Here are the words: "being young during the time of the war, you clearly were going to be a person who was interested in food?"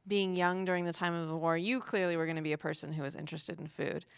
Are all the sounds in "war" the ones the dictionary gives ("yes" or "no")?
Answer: yes